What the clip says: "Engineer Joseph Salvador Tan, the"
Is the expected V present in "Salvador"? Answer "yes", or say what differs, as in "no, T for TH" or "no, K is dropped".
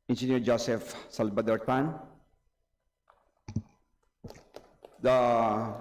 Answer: no, B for V